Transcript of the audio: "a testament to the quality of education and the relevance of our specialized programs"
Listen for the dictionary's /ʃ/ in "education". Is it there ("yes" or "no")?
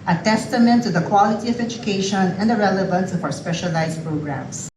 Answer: yes